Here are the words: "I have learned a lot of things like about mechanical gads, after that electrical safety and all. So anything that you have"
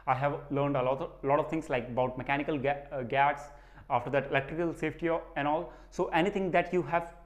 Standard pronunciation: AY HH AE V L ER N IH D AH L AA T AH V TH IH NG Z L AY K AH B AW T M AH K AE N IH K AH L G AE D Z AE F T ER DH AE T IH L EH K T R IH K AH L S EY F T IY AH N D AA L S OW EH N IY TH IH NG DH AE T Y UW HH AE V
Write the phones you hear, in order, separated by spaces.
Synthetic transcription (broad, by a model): AY HH AE V L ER N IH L AH L AA T AH V T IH NG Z L AY K AH B AW T M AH K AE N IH K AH L G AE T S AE F T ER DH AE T IH L EH K T R IH K AH L S EY F T IY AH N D AA L S OW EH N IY T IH NG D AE T Y UW HH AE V